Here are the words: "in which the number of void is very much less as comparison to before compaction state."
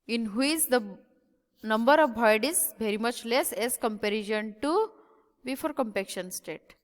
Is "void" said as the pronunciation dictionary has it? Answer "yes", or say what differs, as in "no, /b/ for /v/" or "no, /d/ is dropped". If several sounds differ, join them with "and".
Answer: no, /b/ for /v/